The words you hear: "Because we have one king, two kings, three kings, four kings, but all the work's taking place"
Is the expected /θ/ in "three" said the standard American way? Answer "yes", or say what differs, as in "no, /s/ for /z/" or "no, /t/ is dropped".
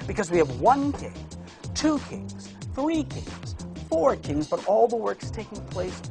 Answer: yes